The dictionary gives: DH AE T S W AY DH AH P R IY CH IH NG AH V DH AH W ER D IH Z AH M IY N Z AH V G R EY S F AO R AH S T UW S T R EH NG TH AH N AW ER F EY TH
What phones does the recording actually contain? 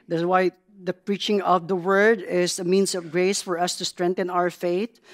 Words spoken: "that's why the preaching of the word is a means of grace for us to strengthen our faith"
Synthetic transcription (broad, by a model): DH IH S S W AY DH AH P R IY CH IH NG AH V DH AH W ER D IH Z AH M IY N S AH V G R EY S F AO R AH S T UW S T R EH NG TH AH N AW ER F EY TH